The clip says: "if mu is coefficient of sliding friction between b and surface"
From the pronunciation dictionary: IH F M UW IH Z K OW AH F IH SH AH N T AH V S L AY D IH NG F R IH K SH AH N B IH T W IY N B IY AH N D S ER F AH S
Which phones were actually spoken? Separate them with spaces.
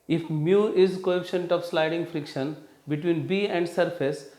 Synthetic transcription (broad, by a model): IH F M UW IH Z K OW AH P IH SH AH N T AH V S L AY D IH NG F R IH K SH AH N B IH T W IY N B IY AH N D S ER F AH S